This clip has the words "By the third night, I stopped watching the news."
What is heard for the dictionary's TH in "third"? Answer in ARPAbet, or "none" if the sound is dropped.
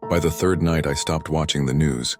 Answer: TH